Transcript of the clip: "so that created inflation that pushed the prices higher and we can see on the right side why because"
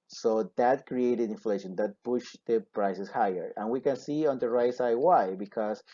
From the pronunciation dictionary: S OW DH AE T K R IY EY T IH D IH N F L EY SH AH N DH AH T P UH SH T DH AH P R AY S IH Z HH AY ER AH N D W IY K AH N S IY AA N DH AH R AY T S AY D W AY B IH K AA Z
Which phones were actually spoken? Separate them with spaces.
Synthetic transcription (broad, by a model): S OW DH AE T K R IY EY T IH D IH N F L EY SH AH N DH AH T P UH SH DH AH P R AY S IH S HH AY ER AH N W IY K AH N S IY AA N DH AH R AY T S AY D W AY B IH K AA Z